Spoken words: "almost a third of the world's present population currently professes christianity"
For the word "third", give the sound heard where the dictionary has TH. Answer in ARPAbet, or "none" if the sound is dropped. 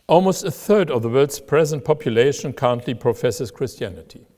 TH